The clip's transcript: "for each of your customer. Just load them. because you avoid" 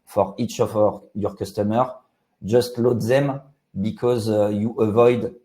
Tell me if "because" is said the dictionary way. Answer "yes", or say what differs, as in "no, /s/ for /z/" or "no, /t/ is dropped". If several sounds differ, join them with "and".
yes